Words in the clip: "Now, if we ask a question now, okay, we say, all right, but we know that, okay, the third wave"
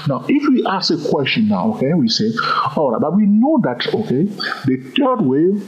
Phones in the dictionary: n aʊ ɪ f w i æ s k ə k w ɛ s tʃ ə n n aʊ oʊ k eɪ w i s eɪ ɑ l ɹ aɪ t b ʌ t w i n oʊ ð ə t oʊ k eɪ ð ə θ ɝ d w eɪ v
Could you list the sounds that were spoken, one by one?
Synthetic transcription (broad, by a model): n aʊ ɪ f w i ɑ s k ə k w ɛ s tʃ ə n n aʊ oʊ k eɪ w i s eɪ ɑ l ɹ aɪ t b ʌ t w i n oʊ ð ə t oʊ k eɪ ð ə t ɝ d w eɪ